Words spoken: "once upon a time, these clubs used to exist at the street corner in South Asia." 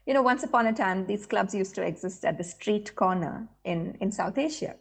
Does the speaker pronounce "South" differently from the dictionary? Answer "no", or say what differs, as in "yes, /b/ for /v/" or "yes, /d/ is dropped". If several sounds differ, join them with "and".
yes, /t/ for /θ/